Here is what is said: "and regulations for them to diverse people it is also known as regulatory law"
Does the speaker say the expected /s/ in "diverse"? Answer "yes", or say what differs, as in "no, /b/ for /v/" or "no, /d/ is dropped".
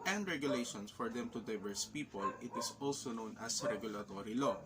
yes